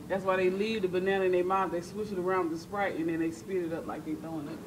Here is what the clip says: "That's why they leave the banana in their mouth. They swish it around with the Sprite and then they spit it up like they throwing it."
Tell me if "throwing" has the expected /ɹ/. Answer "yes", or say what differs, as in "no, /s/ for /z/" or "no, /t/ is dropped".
no, /ɹ/ is dropped